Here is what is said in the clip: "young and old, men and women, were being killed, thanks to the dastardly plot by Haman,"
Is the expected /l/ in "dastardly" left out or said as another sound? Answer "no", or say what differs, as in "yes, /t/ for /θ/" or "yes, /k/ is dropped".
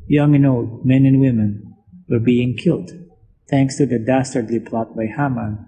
no